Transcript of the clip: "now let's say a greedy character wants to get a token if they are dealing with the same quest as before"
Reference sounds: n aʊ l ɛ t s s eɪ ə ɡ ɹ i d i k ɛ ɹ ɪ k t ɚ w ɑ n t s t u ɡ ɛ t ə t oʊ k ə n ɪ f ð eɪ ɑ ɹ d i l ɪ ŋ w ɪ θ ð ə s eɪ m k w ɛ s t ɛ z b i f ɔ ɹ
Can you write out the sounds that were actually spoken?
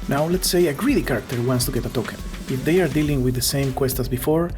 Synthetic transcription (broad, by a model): n aʊ l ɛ t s s eɪ ə ɡ ɹ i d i k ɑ ɹ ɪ k t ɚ w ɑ n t s t u ɡ ɛ t ə t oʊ k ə ɪ f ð eɪ ɑ ɹ d i l ɪ ŋ w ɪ ð ə s eɪ m k w ɛ s t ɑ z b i f ɔ ɹ